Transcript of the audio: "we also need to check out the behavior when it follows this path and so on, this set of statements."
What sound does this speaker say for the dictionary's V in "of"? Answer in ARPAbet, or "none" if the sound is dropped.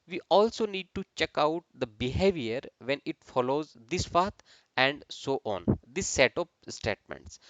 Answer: P